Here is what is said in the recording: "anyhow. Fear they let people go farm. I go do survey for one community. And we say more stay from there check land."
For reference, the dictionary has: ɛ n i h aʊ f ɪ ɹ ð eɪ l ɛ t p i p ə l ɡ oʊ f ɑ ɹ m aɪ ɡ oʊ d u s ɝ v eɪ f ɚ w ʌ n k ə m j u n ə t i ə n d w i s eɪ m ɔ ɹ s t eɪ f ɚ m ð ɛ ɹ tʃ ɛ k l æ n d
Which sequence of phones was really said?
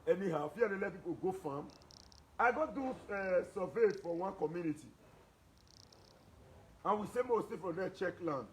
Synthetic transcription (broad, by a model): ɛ n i h aʊ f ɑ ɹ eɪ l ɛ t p i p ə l ɡ oʊ f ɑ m aɪ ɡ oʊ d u s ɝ v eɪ f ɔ w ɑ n k ə m j u n ə t i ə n w i s eɪ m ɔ w s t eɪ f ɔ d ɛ tʃ ɛ k l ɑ n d